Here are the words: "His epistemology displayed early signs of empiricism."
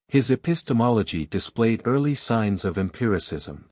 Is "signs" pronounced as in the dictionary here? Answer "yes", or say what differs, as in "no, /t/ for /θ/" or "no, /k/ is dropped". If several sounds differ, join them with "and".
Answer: yes